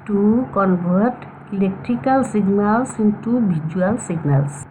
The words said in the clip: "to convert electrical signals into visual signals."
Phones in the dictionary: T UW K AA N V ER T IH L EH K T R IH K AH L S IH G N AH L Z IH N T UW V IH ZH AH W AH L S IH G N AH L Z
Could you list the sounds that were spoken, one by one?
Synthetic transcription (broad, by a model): T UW K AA N B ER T IH L EH K T R IH K AH L S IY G N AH L S IH N T UW B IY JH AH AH L S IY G N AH L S